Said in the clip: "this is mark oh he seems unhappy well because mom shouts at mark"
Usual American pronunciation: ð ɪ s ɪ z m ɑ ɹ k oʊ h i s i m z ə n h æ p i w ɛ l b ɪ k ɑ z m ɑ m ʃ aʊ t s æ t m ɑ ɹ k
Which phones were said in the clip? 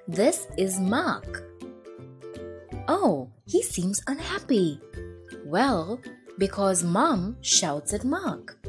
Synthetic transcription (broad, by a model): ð ɪ s ɪ z m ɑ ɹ k oʊ h i s i m z ə n h æ p i w ɛ l b ɪ k ɑ z m ɑ m ʃ aʊ t s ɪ t m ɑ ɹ k